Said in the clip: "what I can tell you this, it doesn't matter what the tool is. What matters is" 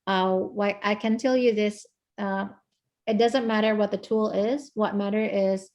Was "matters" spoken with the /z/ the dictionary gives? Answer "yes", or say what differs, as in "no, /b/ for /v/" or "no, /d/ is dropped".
no, /z/ is dropped